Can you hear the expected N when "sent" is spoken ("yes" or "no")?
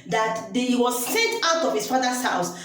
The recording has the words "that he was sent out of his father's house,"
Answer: no